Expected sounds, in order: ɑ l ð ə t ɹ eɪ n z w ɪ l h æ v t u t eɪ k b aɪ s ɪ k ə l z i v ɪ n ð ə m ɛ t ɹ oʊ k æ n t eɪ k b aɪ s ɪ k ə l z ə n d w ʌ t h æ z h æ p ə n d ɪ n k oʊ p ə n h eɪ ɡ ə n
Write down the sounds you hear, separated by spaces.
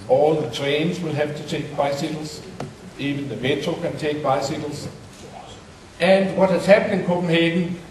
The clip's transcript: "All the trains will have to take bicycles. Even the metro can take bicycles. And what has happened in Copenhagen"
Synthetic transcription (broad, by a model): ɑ l ð ə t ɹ eɪ n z w ɪ l h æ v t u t eɪ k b aɪ s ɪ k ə l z i v ɪ n ð ə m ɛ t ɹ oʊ k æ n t eɪ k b aɪ s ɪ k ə l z ə n d w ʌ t h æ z h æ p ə n ɪ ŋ k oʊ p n h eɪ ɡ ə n